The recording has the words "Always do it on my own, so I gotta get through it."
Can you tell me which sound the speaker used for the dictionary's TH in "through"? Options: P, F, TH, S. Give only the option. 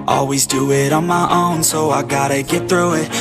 TH